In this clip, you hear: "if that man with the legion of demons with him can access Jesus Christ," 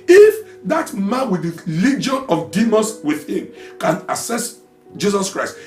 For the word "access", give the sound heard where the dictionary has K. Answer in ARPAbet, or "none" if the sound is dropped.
none